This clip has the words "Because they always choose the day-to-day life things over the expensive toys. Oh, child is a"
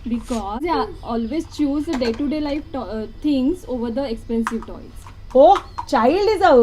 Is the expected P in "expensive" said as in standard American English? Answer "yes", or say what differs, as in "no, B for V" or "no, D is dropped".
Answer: yes